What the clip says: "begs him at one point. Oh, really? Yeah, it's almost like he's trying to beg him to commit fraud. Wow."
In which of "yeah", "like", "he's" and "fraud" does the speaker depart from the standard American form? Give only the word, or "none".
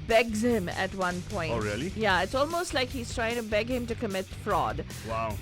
none